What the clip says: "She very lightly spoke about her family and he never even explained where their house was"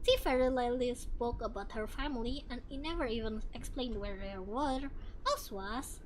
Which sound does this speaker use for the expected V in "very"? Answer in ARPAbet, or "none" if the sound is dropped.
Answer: F